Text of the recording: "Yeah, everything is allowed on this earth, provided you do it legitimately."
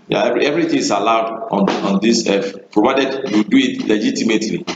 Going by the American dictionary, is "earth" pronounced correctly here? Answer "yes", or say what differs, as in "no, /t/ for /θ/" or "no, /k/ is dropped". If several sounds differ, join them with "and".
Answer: no, /f/ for /θ/